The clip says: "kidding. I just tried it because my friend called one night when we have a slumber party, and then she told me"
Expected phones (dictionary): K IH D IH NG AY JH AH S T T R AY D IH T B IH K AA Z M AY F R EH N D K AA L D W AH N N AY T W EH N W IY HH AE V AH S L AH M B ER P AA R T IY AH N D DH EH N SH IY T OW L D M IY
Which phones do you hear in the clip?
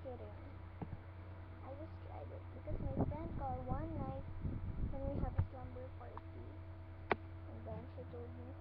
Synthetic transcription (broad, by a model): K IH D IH AY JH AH S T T R AY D IH T B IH K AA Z M AY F EH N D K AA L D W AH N N AY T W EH N W IY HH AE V AH S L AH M B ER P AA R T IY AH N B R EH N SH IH T OW L D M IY